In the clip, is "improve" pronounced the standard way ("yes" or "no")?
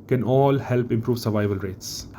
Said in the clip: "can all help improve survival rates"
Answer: yes